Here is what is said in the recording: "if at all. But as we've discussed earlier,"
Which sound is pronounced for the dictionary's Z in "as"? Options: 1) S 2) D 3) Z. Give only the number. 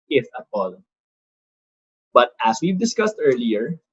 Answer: 1